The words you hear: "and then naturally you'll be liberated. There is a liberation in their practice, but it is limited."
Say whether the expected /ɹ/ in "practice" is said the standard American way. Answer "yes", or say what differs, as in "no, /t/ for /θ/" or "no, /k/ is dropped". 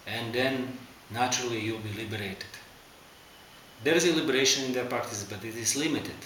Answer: no, /ɹ/ is dropped